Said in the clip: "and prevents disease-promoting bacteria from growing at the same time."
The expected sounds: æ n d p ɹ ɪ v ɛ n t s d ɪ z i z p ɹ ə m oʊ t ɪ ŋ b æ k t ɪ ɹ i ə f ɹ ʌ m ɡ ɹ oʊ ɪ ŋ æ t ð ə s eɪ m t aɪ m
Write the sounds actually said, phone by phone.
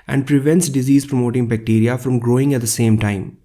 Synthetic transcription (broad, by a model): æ n d p ɹ ɪ v ɛ n t s d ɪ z i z p ɹ ə m oʊ t ɪ ŋ b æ k t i ɹ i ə f ɹ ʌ m ɡ ɹ oʊ ɪ ŋ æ t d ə s eɪ m t aɪ m